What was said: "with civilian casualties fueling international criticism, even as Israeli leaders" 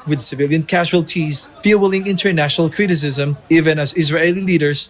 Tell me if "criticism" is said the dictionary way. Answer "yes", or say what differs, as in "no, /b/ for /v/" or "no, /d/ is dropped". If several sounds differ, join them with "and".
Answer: yes